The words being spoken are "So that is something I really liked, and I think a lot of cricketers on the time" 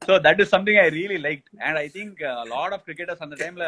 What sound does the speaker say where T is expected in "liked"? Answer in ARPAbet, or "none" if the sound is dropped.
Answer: T